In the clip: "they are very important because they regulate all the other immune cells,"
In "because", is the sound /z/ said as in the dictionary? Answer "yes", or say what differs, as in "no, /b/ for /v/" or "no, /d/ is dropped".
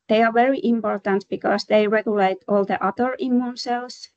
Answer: no, /s/ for /z/